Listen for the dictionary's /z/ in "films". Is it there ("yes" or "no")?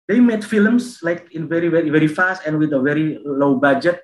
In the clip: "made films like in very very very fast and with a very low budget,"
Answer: no